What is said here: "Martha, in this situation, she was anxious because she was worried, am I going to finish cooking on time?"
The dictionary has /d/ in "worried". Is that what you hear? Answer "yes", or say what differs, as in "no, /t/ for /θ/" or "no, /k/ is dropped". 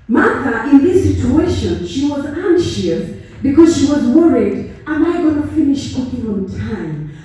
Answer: yes